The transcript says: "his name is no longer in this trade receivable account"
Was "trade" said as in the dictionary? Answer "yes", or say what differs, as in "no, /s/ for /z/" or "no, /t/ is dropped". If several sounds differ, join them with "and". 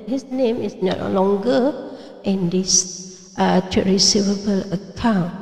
no, /ɹ/ is dropped